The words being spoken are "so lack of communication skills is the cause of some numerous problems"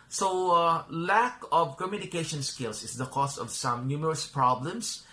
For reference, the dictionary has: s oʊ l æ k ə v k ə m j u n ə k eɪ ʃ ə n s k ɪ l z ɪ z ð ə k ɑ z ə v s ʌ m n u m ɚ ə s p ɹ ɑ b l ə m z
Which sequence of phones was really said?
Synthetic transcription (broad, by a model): s oʊ l æ k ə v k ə m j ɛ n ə k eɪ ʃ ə n s k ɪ l s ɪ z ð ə k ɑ s ə v s ʌ m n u m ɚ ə s p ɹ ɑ b l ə m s